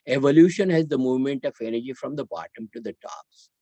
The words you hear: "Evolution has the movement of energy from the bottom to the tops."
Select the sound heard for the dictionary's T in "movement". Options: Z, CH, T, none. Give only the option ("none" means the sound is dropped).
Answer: T